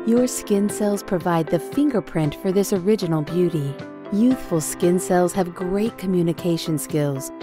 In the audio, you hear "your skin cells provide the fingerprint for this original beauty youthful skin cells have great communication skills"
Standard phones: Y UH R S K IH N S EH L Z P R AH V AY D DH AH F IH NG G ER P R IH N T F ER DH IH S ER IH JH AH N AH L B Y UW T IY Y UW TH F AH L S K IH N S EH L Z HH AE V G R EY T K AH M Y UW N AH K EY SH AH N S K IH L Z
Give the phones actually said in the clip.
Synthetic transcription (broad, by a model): Y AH R S K IH N S EH L Z P R AH V AY D DH AH F IH NG G ER P R IH N T F ER DH IH S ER IH JH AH N L B Y UW T IY Y UW TH F AH L S K IH N S EH L Z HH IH V G R EY T K AH M Y UW N AH K EY SH AH N S K IH L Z